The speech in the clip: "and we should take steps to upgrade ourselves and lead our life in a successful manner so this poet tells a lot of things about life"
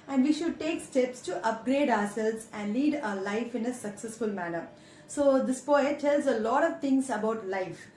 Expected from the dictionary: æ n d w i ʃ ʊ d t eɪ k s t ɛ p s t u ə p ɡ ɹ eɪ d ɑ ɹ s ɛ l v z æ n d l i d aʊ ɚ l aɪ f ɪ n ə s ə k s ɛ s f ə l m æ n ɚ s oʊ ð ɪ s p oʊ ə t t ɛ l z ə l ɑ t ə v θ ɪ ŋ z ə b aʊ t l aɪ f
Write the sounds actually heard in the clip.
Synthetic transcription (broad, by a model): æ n d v i ʃ ʊ d t eɪ k s t ɛ p s t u ə p ɡ ɹ eɪ d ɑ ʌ s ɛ l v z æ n d l i d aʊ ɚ l aɪ f ɪ n ə s ə k s ɛ s f ə l m æ n ɚ s oʊ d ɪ s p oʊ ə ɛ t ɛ l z ə l ɑ t ə v t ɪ ŋ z ə b aʊ t l aɪ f